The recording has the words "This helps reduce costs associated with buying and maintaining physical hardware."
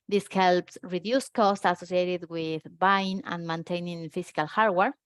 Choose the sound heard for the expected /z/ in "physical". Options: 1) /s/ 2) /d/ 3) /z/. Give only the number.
1